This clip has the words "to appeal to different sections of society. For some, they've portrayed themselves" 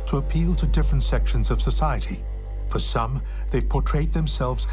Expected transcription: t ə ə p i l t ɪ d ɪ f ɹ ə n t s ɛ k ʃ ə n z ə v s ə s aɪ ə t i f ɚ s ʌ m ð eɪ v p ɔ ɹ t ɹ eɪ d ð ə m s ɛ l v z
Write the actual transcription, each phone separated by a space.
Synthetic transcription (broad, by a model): t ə ə p i l t ɪ d ɪ f ɹ ə n t s ɛ k ʃ ə n z ə v s ə s aɪ ə t i f ɚ s ʌ m ð eɪ v p ɔ ɹ t ɹ eɪ d ð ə m s ɛ l v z